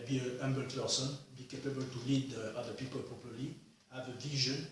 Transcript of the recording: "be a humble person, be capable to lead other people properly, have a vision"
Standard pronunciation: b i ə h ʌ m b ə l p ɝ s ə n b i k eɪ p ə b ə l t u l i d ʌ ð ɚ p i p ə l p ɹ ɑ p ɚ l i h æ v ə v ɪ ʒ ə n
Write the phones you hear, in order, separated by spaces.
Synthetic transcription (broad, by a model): b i ə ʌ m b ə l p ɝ s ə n b i k eɪ p ə b ə l t u l i d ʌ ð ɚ p i p ə l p ɑ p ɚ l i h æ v ə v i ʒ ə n